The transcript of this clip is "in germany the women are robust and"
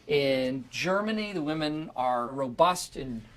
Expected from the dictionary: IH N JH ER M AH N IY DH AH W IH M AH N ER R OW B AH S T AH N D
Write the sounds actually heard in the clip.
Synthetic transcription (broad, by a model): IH N JH ER M AH N IY DH AH W IH M AH N ER R OW B AH S T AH N